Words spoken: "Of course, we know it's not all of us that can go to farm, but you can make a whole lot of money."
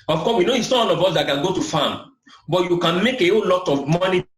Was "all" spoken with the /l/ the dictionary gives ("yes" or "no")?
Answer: no